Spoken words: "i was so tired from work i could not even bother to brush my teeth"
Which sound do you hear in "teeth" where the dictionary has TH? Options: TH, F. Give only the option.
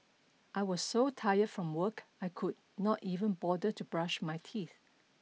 TH